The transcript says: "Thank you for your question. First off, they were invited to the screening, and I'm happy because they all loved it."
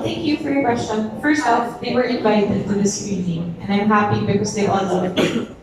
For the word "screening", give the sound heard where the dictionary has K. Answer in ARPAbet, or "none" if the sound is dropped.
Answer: none